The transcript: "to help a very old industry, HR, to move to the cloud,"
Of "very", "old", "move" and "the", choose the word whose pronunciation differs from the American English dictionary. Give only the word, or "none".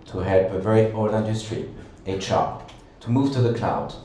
old